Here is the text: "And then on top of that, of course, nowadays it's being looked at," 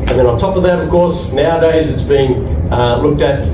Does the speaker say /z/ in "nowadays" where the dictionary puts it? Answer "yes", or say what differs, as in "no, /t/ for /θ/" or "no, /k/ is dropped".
yes